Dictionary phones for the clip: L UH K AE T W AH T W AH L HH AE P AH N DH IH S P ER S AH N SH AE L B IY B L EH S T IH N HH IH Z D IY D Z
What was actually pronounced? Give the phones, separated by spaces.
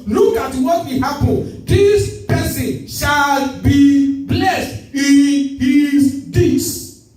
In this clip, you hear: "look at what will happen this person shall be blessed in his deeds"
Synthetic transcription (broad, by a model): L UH K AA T W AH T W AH HH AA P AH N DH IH S P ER S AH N SH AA L B IY B L EH S T IH N HH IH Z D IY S